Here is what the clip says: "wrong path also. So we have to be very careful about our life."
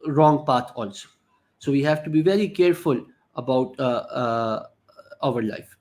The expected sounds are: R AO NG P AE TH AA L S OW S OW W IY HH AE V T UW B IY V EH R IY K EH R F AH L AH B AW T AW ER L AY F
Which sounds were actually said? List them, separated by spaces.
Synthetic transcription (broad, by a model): R AO NG P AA T AA L S OW S OW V IY HH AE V T UW B IY V EH R IY K EH R F AH L AH B AW T AW ER L AY F